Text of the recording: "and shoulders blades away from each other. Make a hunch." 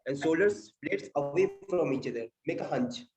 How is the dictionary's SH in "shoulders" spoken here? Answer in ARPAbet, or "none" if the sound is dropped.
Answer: S